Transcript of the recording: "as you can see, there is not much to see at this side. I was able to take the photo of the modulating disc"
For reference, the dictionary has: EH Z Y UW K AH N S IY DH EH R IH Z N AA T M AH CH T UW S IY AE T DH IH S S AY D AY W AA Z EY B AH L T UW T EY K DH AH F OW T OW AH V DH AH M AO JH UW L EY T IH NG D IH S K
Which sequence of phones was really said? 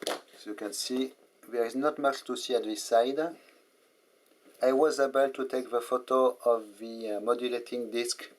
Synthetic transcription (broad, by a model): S Y UW K AH N S IY DH EH R IH Z N AA T M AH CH T UW S IY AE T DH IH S S AY D AY W AA Z EY B AH L T UW T EY K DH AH F OW T OW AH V DH AH M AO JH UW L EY T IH NG D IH S K